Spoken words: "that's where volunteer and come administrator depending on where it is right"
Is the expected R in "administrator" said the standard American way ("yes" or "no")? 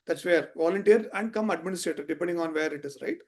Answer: yes